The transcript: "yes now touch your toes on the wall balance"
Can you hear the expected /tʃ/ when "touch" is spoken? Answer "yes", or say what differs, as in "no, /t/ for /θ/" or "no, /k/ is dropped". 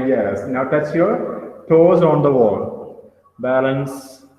no, /s/ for /tʃ/